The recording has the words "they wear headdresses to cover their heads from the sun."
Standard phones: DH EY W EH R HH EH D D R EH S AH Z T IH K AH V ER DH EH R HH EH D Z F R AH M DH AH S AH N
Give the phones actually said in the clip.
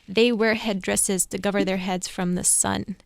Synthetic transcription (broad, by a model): DH EY W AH R HH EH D D R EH S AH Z T IH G AH V ER DH EH R HH EH D Z F R AH M DH AH S AH N